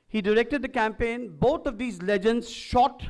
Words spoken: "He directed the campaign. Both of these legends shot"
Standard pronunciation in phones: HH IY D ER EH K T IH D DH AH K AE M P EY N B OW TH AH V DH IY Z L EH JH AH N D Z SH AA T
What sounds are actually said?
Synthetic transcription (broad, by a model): HH IY D ER EH K T IH D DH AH K AE M P EY N B OW T AH V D IY Z L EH JH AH N D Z SH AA T